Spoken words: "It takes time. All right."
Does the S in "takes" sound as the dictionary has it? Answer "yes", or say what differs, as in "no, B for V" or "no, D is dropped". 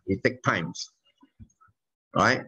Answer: no, S is dropped